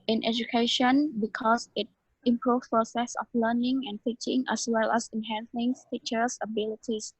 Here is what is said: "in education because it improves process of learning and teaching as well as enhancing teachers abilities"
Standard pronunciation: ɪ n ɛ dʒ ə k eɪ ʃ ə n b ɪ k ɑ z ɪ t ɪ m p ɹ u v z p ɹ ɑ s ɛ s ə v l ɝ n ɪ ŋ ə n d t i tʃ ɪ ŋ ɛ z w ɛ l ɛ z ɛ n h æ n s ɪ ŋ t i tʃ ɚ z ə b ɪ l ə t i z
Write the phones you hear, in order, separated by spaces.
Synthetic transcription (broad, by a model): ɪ n ɛ dʒ ə k eɪ ʃ ə n b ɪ k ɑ s ɪ t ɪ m p ɹ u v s p ɹ ɑ s ɛ s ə f l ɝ n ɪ ŋ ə n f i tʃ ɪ ŋ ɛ s w ɛ l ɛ s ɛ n h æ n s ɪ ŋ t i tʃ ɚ s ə b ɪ l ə t i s